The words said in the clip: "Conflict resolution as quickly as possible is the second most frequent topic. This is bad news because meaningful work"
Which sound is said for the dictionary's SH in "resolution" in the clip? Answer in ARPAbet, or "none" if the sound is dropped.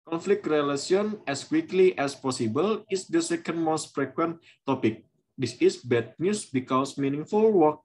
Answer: none